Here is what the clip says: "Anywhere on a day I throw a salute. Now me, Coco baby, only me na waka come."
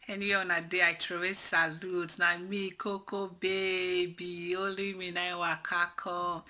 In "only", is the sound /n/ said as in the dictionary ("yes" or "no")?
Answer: no